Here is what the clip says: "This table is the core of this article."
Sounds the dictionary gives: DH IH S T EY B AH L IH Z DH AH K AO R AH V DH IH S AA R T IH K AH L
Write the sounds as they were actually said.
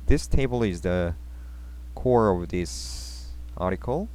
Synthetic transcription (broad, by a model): DH IH S T EY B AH L IH Z DH AH K AO R AH V DH IH S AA R T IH K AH L